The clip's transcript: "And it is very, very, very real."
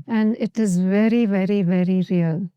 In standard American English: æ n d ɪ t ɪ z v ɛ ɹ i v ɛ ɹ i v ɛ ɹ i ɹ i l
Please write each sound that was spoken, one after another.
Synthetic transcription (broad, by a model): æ n d ɪ t ɪ z v ɛ ɹ i v ɛ ɹ i v ɛ ɹ i ɹ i l